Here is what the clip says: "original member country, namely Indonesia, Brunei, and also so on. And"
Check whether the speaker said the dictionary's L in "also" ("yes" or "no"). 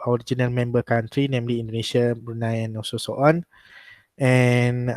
no